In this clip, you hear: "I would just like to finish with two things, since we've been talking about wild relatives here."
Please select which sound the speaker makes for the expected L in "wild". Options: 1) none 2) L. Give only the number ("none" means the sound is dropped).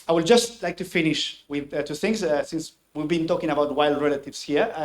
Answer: 2